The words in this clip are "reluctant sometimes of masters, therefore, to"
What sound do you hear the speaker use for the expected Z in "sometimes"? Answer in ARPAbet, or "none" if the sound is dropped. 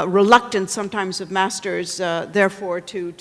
Z